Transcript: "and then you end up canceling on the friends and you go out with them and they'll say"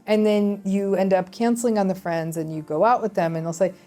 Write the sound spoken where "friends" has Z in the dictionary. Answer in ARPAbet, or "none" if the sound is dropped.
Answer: Z